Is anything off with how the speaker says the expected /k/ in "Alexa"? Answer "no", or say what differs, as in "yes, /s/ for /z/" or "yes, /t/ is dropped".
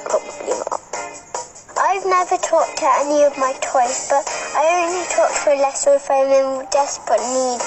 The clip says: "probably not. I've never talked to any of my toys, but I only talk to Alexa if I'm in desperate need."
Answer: yes, /k/ is dropped